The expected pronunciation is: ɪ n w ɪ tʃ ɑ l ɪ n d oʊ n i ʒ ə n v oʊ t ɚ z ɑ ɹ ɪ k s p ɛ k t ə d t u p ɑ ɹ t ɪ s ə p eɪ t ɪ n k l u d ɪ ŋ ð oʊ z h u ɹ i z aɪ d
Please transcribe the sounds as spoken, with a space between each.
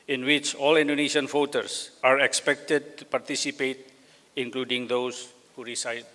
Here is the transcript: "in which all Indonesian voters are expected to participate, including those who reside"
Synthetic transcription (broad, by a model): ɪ n w ɪ tʃ ɑ l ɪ n d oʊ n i ʃ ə n f oʊ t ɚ s ɑ ɹ ɪ k s p ɛ k t ə d t u p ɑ ɹ t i s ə p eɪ t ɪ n k l u d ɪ ŋ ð oʊ s h u ɹ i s aɪ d